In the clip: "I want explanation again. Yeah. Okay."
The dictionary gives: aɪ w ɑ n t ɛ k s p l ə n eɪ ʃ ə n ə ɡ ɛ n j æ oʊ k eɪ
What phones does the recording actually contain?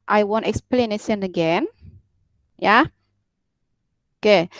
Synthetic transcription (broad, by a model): aɪ w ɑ n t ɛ k s p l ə n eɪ s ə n ə ɡ ɛ n j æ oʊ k eɪ